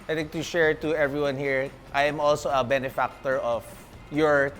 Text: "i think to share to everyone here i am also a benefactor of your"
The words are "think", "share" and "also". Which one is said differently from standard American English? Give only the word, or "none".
think